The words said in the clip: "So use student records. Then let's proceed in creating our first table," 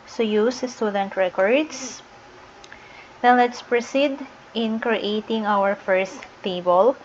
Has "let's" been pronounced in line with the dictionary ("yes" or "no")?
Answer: yes